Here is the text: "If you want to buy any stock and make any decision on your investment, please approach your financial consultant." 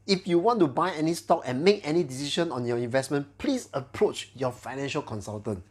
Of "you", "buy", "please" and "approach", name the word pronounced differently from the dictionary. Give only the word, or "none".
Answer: please